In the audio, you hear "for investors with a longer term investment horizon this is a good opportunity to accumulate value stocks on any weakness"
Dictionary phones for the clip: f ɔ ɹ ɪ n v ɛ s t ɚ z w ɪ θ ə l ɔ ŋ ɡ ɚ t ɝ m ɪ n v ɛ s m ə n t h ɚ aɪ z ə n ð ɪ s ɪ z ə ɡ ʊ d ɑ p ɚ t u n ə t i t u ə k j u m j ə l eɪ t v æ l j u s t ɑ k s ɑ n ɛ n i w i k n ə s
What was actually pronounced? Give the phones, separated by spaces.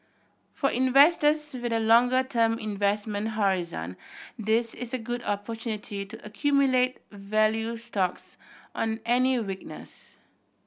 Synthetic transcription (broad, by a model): f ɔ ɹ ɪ n v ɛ s t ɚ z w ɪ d ə l ɔ ŋ ɡ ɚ t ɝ m ɪ n v ɛ s m ə n t h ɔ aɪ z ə n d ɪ s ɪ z ə ɡ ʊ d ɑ p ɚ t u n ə t i t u ə k j u m j ə l eɪ t v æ l j u s t ɑ k s ɑ n ɛ n i w i k n ə s